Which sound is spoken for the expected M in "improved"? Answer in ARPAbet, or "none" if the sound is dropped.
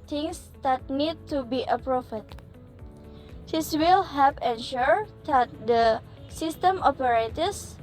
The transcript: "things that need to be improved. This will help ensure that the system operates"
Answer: none